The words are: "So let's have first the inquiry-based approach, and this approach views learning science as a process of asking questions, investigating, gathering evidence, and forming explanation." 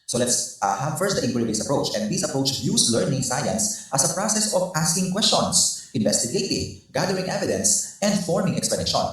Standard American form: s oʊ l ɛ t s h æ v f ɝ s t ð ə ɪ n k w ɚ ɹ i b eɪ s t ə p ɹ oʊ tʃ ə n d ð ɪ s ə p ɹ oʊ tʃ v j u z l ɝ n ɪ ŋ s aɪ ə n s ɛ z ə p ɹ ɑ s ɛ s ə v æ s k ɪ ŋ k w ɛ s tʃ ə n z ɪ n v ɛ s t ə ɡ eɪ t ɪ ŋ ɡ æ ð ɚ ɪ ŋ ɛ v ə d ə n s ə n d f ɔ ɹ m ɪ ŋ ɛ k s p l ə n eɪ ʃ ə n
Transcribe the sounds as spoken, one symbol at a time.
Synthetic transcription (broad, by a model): s oʊ l ɛ t s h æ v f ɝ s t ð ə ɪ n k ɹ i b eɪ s ə p ɹ oʊ tʃ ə n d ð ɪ s ə p ɹ oʊ tʃ j u s l ɝ n ɪ ŋ s aɪ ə n s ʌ s ə p ɹ ɑ s ɛ s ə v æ s k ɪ ŋ k w ɛ s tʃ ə n s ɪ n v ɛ s t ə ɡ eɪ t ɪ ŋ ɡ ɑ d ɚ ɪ ŋ ɛ v ə d ə n s ə n d f ɔ ɹ m ɪ ŋ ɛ k s p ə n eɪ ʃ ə n